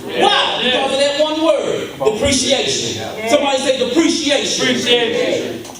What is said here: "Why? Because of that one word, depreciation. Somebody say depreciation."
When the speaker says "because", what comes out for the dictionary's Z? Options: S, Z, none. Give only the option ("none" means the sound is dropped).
none